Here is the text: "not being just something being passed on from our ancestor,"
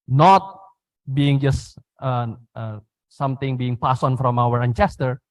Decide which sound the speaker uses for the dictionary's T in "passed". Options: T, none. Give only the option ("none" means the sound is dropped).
none